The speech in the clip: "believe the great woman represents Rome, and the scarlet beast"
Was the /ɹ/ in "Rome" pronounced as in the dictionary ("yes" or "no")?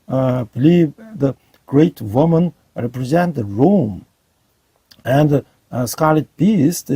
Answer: yes